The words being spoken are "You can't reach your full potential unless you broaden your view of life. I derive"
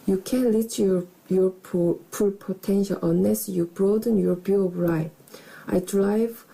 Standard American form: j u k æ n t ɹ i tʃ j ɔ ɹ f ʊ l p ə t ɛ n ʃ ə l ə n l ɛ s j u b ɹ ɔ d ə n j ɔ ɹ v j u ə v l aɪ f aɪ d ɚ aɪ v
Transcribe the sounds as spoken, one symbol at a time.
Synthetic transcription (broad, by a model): j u k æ n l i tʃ j ɔ ɹ p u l p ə t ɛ n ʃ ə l ə n l ɛ s j u b ɹ ɔ d ə n j ɔ ɹ b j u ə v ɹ aɪ aɪ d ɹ aɪ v